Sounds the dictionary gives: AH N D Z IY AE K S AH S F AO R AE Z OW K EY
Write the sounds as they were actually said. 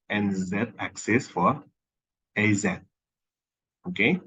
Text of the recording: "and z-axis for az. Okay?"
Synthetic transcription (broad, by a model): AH N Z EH AE K S AH S F AO R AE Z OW K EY